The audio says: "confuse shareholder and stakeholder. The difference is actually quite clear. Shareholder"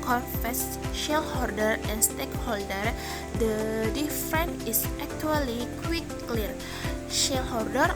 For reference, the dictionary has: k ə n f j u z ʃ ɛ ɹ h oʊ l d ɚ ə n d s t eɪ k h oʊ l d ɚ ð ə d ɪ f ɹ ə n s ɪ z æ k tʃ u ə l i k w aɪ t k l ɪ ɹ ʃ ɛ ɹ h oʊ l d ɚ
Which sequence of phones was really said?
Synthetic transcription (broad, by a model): k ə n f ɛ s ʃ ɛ l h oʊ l d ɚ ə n s t eɪ k h oʊ l d ɚ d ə d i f ɹ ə n ɪ s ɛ k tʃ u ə l i k w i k l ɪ ɹ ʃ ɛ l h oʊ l d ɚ